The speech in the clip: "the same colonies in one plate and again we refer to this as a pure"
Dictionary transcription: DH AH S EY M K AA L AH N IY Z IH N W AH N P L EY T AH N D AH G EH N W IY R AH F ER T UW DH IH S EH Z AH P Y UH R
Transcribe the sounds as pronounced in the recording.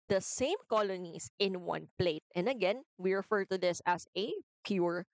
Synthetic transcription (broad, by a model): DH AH S EY M K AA L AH N IY S IH N W AH N P L EY T AH N D AH G EH N W IY R AH F ER T UW DH IH S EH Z AH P Y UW R